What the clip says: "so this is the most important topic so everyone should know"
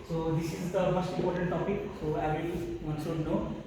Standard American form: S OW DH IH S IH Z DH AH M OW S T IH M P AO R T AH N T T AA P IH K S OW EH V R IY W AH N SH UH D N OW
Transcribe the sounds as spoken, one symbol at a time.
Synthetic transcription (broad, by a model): S OW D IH S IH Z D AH M OW S T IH M P AO R T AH N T T AA P IH K S OW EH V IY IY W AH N S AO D N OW